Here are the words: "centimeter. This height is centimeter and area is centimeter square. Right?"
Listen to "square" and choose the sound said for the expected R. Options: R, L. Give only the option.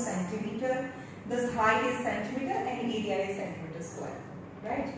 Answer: L